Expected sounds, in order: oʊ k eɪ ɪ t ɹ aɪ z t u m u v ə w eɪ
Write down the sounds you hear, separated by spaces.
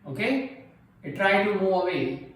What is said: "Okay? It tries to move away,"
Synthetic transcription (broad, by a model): oʊ k eɪ ɪ t ɹ aɪ t u m u v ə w eɪ